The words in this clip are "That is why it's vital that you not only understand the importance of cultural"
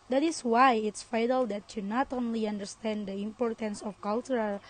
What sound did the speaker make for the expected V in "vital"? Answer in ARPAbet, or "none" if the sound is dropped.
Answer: F